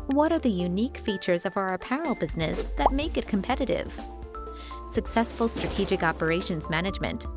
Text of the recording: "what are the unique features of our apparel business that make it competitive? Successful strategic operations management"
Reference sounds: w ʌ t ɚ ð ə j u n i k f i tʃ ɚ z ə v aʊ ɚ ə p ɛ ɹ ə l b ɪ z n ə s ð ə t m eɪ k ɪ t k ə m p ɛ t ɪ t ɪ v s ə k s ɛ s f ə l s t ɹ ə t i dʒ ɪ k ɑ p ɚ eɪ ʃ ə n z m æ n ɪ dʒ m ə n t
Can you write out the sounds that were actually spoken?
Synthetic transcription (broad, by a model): w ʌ t ɚ ð ə j u n i k f i tʃ ɚ z ə v aʊ ɚ p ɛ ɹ l b ɪ z n ə s ð ə t m eɪ k ɪ t k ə m p ɛ t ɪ t ɪ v s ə k s ɛ s f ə l s t ɹ ə t i dʒ ɪ k ɑ p ɚ eɪ ʃ ə n z m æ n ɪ dʒ m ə n t